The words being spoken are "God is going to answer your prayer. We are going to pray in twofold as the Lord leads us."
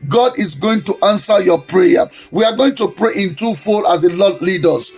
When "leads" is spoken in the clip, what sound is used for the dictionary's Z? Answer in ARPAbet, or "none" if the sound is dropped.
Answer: none